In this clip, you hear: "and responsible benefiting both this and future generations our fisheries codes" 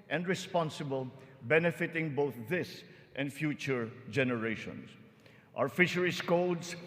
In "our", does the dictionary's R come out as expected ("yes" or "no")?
no